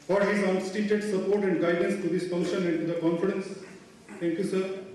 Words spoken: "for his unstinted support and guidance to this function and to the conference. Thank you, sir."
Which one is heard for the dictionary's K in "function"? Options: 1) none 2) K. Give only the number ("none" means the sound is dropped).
1